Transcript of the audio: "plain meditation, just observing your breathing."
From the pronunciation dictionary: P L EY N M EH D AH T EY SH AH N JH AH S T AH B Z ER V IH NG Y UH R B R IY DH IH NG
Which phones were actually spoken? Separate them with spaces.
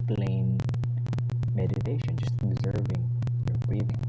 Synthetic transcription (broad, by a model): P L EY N M EH D AH T EY SH AH N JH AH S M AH Z ER V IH NG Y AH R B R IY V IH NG